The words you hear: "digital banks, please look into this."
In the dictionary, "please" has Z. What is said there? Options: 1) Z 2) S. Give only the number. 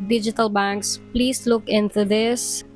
2